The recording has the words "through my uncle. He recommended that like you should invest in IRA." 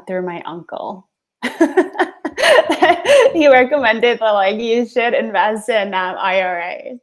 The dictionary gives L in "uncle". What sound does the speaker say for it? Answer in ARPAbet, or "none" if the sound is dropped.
L